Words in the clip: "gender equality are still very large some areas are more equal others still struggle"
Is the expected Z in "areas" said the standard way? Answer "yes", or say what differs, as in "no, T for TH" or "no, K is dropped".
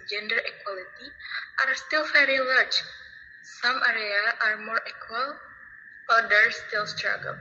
no, Z is dropped